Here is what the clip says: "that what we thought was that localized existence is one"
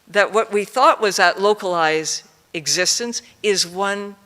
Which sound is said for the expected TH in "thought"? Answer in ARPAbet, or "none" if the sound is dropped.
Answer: TH